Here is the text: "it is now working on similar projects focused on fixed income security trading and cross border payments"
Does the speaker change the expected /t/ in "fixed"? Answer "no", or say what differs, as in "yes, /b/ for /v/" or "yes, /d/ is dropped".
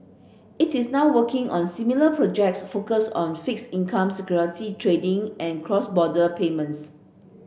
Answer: yes, /t/ is dropped